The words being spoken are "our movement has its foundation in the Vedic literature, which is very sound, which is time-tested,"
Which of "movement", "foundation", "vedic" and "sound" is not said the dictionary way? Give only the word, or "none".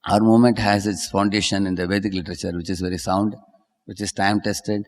movement